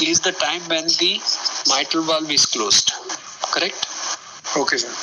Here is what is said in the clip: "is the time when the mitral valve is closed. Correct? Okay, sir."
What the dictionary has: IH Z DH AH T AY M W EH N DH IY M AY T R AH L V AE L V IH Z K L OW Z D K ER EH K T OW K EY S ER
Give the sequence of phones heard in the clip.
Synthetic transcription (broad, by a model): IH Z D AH T AY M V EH N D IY M AY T AH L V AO L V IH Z K L OW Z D K ER EH K T OW K EY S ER